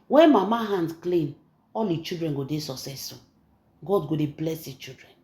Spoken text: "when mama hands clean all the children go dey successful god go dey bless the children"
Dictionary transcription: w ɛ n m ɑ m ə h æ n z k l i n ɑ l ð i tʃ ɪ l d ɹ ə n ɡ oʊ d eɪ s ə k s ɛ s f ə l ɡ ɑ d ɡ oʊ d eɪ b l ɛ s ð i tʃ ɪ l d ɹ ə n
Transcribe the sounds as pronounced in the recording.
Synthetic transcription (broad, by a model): w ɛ n m ɑ m ə h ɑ n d k l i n ɑ l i tʃ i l d ɹ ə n ɡ oʊ d eɪ s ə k s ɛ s ə ɡ ɑ d ɡ oʊ d eɪ b l ɛ s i tʃ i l d ɹ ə n